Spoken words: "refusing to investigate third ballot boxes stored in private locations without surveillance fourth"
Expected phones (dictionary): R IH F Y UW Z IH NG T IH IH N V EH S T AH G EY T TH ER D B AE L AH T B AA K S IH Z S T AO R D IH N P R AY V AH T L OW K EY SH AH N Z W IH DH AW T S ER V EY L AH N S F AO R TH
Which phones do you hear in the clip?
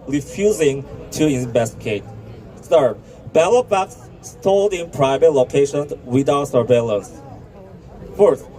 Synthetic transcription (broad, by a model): R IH F Y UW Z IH NG T IH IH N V EH S T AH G EY T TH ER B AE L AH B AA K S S T AO L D IH N P R AY V AH T L OW K EY SH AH N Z W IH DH AW T S ER V EY L AH N S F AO R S